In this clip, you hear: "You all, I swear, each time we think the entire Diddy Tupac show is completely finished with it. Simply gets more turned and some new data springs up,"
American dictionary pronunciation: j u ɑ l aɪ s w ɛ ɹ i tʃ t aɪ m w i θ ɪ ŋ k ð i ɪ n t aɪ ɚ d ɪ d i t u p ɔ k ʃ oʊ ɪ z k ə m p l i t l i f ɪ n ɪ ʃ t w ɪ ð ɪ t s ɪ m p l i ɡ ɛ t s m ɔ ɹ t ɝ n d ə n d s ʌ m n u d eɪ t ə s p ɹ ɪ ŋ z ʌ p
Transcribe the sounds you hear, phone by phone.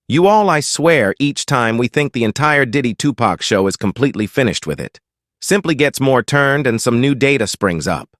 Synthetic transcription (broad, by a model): j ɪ ɑ l aɪ s w ɛ ɹ i tʃ t aɪ m w i θ ɪ ŋ k ð i ɪ n t aɪ ɚ d ɪ d i t u p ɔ k ʃ oʊ ɪ z k ə m p l i t l i f ɪ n ɪ ʃ t w ɪ ð ɪ t s ɪ m p l i ɡ ɛ t s m ɔ ɹ t ɝ n d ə n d s ʌ m n u d eɪ t ə s p ɹ ɪ ŋ z ʌ p